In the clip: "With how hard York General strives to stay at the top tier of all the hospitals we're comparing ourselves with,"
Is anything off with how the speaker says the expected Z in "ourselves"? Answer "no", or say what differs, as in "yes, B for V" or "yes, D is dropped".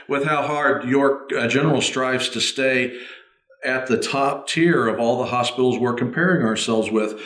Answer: no